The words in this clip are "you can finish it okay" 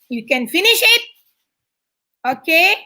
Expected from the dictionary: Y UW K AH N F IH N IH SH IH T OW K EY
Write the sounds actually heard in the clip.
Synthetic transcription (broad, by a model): Y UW K AH N F IH N IH SH IH T OW K EY